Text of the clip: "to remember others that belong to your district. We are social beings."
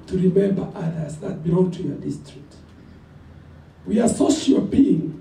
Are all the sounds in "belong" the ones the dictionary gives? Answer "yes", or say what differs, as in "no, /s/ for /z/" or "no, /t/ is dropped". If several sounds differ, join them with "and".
no, /l/ is dropped